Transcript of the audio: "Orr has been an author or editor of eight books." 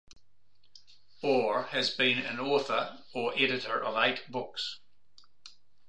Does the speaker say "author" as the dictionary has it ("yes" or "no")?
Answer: yes